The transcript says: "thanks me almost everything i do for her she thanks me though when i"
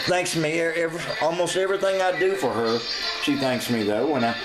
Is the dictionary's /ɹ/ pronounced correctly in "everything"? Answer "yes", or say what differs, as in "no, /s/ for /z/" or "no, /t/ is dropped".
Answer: yes